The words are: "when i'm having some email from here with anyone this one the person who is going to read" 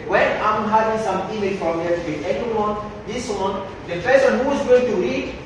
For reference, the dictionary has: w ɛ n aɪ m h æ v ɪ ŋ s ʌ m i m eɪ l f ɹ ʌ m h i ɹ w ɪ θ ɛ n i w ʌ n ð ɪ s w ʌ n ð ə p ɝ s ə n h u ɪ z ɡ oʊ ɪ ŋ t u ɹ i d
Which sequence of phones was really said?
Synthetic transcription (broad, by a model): w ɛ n aɪ m h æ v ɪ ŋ s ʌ m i m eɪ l f ɹ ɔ m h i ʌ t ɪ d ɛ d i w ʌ n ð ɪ s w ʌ n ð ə f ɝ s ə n h u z ɡ oʊ ɪ ŋ t u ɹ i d